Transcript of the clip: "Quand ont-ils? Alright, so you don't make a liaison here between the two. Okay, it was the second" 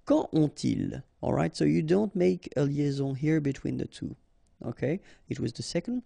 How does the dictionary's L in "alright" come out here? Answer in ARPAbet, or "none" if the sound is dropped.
L